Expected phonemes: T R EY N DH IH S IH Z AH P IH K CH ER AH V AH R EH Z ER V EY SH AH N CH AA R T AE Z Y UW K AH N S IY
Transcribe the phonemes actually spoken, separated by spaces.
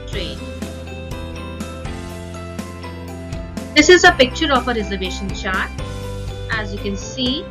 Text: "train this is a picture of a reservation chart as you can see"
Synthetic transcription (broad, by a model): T R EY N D IH S IH Z AH P IH K CH ER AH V AH R EH Z ER V EY SH AH N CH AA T T AE Z Y UW K AH N S IY